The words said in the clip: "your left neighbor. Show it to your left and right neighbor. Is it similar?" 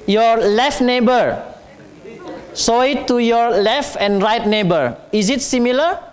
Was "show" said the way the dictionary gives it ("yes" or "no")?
no